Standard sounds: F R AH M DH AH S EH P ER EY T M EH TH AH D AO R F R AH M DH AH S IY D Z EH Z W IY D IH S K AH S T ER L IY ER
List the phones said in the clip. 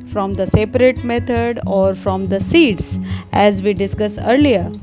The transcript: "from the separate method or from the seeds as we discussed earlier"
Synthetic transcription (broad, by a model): F R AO M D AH S EH P ER EY T M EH T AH D AO R F R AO M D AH S IY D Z EH Z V IY D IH S K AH S ER L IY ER